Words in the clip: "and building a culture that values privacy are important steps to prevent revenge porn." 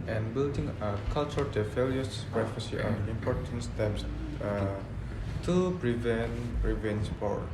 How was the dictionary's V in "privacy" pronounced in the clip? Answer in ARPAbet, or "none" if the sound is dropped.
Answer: F